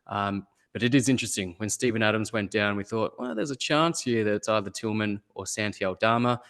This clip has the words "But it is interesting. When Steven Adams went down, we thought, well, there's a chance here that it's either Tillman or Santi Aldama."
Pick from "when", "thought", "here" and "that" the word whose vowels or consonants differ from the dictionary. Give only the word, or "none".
none